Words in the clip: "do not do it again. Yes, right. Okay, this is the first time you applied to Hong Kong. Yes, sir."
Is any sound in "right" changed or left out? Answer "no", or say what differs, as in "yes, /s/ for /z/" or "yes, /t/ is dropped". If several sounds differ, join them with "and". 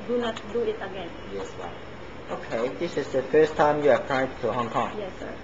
yes, /w/ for /ɹ/